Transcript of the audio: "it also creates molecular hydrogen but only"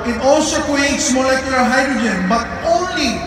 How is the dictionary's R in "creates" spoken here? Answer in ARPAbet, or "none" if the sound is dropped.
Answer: none